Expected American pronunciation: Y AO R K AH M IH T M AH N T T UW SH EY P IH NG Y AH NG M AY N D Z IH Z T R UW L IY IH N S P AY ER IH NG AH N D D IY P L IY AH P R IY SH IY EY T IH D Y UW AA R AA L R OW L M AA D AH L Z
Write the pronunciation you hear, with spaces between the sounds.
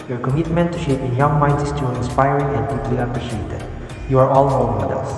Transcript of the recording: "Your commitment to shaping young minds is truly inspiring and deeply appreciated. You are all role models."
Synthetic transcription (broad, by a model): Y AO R K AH M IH T M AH N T T UW SH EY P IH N Y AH NG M AY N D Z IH S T UW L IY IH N S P AY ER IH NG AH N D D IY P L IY AH P R IY SH IY EY T IH D Y UW AA R AA L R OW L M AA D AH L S